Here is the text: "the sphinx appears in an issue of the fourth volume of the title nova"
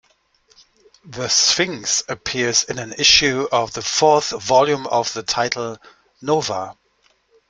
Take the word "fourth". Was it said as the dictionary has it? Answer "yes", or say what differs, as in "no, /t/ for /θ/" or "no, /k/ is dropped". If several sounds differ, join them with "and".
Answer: yes